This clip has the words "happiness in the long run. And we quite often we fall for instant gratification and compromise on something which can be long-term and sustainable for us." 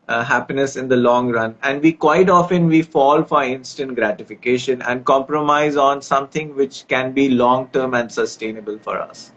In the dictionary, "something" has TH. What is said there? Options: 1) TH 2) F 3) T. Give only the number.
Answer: 3